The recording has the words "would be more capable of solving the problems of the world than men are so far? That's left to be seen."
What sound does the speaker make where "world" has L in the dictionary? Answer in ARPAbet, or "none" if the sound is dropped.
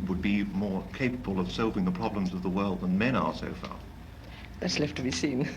L